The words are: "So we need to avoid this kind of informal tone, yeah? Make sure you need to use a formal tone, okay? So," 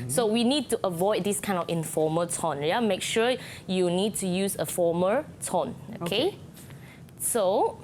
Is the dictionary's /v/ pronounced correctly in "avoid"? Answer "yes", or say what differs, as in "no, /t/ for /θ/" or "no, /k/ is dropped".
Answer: yes